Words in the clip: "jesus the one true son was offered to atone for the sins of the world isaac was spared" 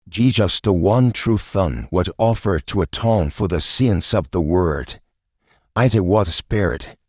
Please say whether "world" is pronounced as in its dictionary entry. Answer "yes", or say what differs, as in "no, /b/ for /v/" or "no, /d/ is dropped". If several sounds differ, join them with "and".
no, /l/ is dropped